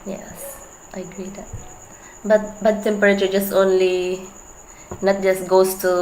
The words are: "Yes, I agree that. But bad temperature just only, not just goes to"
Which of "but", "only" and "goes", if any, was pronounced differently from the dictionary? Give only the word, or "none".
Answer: goes